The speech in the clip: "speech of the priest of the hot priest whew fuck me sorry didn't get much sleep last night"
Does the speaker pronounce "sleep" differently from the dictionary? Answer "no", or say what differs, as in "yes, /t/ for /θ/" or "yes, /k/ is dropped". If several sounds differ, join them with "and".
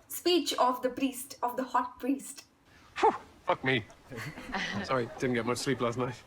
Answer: no